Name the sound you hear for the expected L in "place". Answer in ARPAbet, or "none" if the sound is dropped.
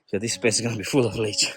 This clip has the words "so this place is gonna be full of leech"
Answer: none